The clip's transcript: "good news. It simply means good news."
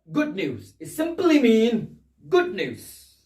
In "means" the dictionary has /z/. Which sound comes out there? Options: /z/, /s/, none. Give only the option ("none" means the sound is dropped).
none